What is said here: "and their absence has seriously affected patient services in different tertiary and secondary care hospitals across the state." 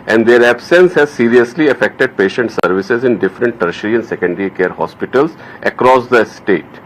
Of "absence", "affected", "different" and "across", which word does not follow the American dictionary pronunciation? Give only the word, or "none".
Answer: none